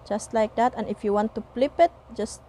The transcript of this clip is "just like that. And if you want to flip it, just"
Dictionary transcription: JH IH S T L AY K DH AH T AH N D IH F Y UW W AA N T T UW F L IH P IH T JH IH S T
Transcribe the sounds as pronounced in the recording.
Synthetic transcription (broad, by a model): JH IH S T L AY K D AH T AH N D IH F Y UW W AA N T T UW P L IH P IH T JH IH S T